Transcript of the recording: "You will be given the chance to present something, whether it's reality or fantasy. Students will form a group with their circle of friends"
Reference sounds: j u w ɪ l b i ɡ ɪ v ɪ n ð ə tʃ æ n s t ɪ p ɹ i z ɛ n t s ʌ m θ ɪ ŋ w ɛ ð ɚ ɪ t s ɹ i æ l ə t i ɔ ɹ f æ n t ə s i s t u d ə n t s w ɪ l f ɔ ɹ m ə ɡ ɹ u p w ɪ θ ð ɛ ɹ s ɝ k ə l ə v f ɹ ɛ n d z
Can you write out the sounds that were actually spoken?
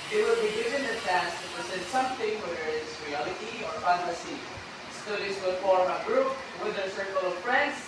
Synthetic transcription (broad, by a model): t w ɪ l b i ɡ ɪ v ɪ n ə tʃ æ s t ɪ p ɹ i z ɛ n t s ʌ m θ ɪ ŋ w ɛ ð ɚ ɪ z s ɹ i æ l ə t i ɔ ɹ f æ n t ə s i s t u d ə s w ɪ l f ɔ ɹ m ə ɡ ɹ u p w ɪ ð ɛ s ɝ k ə l ə v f ɹ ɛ n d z